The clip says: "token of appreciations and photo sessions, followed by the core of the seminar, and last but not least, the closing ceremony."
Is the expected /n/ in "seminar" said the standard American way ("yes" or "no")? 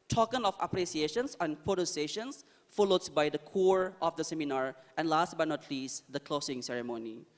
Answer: yes